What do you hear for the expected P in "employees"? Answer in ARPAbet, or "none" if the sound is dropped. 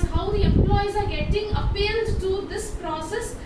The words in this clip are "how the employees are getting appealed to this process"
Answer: P